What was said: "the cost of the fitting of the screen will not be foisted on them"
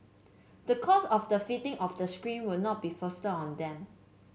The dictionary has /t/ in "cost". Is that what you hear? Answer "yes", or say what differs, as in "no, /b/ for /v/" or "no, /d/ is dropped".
no, /t/ is dropped